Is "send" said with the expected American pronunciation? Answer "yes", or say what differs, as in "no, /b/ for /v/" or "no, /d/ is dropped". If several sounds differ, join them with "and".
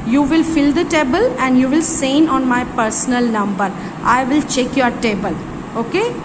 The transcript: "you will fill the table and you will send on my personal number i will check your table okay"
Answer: no, /d/ is dropped